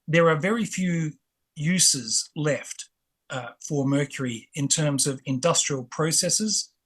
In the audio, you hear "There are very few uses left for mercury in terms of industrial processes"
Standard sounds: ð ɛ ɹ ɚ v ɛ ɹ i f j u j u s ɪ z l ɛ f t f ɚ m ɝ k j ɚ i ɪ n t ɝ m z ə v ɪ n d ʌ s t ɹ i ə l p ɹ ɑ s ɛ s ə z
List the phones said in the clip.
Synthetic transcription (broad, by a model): ð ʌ ɹ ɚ v ɛ ɹ i f j u j u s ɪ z l ɛ f t f ɚ m ɝ k j ɚ i ɪ n t ɝ m z ə v ɪ n d ʌ s t ɹ i ə l p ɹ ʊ s ɛ s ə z